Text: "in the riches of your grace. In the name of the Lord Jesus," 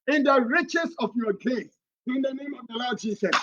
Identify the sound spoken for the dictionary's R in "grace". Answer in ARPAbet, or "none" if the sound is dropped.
none